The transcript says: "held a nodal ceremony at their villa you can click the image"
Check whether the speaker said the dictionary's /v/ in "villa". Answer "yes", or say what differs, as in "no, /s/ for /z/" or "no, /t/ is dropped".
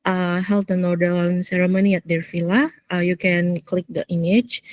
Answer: no, /f/ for /v/